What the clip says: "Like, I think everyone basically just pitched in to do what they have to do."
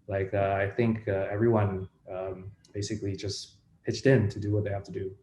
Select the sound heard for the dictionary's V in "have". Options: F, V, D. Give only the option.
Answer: F